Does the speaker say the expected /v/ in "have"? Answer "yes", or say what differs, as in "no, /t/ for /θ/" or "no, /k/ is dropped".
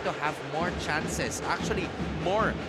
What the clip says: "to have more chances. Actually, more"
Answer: yes